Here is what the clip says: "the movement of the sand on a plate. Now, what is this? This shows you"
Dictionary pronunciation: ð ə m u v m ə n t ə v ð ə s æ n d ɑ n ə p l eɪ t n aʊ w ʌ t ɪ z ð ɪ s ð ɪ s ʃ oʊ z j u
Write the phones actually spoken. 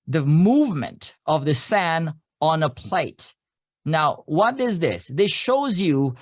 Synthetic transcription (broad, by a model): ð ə m u v m ə n t ə v ð ə s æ n ɑ n ə p l eɪ t n aʊ w ʌ t ɪ z ð ɪ s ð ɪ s ʃ oʊ z j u